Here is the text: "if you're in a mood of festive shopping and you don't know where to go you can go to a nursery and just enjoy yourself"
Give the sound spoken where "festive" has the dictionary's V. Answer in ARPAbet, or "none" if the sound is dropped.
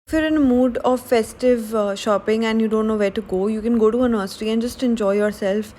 V